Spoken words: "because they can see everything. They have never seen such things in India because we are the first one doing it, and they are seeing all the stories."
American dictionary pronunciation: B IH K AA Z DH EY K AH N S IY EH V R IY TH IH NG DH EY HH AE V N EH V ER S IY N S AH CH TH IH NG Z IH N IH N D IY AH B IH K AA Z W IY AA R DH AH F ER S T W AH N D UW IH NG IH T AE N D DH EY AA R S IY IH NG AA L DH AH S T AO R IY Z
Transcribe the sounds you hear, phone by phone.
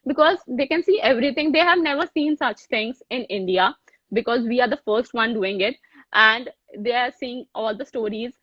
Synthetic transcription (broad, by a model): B IH K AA Z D EY K AH N S IY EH V R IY T IH NG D EY HH AE V N EH V ER S IY N S AH CH T IH NG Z IH N IH N D IY AH B IH K AA Z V IY AA R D AH F ER S T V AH N D UW IH NG IH T AE N D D EY AA R S IY IH NG AA L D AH S T AO R IY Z